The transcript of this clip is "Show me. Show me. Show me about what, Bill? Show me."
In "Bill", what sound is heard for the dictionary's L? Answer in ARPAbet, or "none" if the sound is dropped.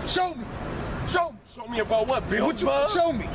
W